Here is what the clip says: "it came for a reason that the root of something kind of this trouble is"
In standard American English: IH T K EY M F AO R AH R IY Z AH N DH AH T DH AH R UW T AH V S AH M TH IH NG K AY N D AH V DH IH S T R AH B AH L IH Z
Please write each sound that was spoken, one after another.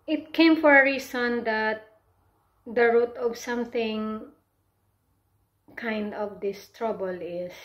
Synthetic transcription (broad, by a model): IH T K EY M F AO R AH R IY S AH N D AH T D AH R UW T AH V S AH M TH IH NG K AY N D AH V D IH S T R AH B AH L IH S